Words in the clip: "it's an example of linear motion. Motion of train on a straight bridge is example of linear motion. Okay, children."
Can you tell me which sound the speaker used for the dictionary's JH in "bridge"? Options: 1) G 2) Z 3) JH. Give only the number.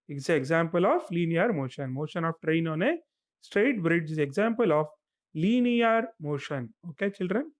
3